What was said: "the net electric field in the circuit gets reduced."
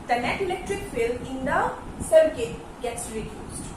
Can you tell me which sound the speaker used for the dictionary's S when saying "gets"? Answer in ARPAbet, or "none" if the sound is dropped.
S